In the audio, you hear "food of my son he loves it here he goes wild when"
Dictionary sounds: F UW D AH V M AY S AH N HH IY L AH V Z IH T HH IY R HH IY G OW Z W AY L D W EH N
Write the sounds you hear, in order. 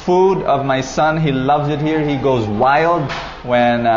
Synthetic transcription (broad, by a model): F UW D AH V M AY S AH N HH IY L AH V Z IH T HH IY R HH IY G OW Z W AY L D W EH N